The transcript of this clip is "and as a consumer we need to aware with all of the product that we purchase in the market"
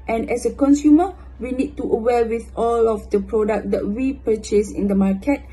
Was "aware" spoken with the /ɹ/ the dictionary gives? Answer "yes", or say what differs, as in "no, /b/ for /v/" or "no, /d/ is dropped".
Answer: no, /l/ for /ɹ/